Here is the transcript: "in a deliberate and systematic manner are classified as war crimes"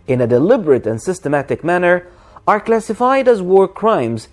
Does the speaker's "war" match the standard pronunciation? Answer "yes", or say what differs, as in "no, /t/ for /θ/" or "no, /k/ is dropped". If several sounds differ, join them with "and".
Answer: yes